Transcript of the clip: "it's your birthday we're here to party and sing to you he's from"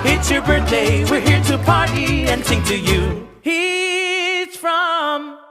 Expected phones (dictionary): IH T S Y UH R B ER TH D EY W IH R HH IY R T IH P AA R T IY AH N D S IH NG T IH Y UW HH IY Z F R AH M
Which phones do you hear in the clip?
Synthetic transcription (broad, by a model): IH T S Y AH R B ER TH D EY W IH R HH IY R T IH P AA R T IY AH N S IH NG T IH Y UW HH IY Z F R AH M